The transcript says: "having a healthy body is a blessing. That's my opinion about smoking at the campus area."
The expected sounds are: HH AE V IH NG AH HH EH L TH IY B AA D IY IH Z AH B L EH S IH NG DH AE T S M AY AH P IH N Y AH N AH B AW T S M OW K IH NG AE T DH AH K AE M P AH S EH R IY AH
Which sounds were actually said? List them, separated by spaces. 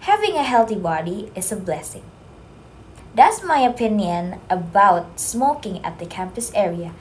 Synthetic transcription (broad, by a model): HH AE V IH NG AH HH EH L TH IY B AA D IY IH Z AH B L EH S IH NG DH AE T S M AY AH P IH N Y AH N AH B AW T S M OW K IH NG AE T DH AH K AE M P AH S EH R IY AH